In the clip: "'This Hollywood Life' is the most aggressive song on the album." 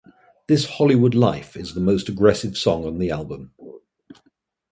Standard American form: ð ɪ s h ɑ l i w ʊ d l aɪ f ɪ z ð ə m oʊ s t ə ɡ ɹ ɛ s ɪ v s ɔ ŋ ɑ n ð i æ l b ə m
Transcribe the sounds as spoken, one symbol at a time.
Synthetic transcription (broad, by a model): ð ɪ s h ɑ l i w ʊ d l aɪ f ɪ z ð ə m oʊ s t ə ɡ ɹ ɛ s ɪ v s ɔ ŋ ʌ n ð i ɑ l b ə m